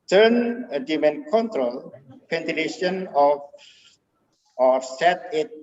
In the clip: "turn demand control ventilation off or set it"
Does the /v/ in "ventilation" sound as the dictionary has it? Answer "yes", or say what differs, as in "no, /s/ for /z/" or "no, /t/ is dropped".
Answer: no, /p/ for /v/